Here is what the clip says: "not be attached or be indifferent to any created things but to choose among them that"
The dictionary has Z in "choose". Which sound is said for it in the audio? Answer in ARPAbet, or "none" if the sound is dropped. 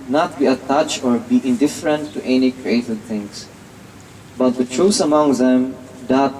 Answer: S